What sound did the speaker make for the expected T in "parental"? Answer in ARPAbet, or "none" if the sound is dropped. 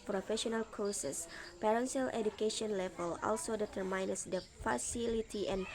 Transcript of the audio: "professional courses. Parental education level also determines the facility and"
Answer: S